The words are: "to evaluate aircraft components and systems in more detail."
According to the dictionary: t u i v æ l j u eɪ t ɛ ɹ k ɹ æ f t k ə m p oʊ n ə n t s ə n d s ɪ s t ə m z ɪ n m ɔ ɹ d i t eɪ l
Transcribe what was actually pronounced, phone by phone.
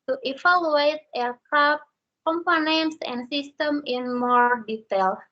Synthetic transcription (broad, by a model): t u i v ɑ l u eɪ t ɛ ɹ k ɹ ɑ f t k ə m p oʊ n ə n t s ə n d s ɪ s t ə m ɪ n m ɔ ɹ d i t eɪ l